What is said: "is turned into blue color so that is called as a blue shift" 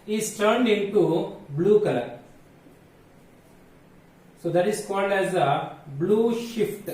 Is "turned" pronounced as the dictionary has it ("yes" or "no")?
yes